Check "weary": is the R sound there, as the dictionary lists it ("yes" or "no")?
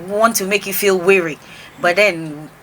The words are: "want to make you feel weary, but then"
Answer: yes